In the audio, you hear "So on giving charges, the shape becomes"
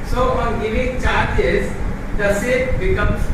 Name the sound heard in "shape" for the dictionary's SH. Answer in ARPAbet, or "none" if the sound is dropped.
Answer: S